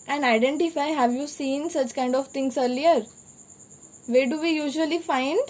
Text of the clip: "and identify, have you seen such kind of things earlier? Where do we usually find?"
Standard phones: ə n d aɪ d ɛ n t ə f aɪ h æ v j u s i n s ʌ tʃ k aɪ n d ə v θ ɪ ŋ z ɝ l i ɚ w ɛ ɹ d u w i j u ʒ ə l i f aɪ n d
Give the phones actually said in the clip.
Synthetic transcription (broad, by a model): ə n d aɪ d ɛ n t ə f aɪ h æ v j u s i n s ʌ tʃ k aɪ n d ə v t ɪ ŋ s ɝ l i ɚ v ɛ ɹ d u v i j u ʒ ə l i f aɪ n d